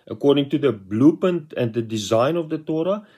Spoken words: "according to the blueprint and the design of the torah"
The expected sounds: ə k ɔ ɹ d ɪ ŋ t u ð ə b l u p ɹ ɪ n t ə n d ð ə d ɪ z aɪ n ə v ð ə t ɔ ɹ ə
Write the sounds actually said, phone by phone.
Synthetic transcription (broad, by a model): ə k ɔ ɹ d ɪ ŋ t u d ə b l u p ʌ n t ə n d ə d ɪ z aɪ n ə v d ə t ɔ ɹ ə